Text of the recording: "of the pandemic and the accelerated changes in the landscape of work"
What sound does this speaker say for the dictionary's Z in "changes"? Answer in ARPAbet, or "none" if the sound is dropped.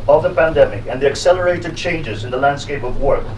Z